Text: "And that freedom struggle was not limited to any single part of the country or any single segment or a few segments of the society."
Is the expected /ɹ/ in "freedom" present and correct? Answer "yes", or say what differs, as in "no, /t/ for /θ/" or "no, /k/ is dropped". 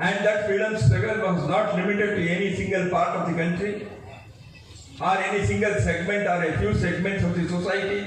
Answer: no, /ɹ/ is dropped